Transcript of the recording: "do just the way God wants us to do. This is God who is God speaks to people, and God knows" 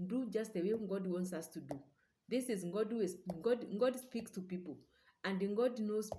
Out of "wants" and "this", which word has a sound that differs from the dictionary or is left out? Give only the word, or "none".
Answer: none